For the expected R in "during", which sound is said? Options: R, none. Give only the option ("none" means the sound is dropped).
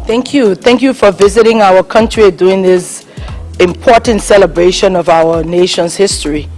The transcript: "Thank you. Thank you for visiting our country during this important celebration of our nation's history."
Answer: none